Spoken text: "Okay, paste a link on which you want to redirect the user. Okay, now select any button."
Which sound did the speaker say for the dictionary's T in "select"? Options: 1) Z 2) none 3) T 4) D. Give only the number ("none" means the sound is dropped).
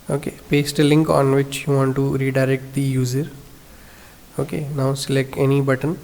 2